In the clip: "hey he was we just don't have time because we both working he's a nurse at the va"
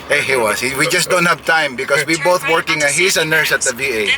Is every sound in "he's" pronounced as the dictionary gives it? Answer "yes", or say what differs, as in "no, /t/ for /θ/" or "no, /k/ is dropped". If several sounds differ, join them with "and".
no, /s/ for /z/